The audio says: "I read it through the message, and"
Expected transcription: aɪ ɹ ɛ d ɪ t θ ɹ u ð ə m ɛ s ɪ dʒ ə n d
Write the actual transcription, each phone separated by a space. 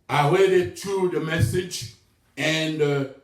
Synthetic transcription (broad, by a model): aɪ w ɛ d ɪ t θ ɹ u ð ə m ɛ s ɪ dʒ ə n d